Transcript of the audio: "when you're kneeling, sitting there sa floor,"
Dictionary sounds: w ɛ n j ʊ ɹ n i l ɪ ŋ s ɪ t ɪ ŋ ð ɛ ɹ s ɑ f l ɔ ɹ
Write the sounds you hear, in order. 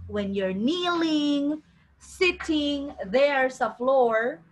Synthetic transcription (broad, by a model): w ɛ n j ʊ ɹ n i l ɪ ŋ s ɪ t ɪ ŋ ð ɛ ɹ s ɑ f l ɔ ɹ